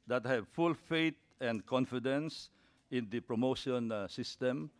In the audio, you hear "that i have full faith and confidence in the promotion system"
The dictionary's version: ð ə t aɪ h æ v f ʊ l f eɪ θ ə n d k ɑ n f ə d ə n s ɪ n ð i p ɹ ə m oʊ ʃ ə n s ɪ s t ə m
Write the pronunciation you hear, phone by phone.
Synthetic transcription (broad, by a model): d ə t h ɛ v f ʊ l f eɪ t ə n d k ɑ n f ə d ə n s ɪ n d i p ɹ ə m oʊ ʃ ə n s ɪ s t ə m